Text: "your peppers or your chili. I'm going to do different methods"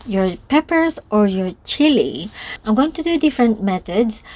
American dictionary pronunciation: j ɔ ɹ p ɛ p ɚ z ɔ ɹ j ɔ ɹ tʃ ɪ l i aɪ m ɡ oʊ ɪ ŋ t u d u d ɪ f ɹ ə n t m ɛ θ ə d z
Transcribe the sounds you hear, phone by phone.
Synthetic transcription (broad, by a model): j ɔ ɹ p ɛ p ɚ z ɔ ɹ j ɔ ɹ tʃ ɪ l i aɪ m ɡ oʊ ɪ ŋ t u d u d ɪ f ɹ ə n t m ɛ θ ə d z